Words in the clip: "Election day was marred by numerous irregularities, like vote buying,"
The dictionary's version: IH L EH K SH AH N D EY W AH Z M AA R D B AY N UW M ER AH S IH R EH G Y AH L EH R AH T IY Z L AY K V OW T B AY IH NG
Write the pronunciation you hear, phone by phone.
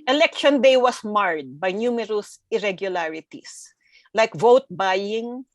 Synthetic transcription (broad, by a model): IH L EH K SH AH N D EY W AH S M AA R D B AY N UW M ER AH S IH R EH G Y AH L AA R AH T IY S L AY K V OW T B AY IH NG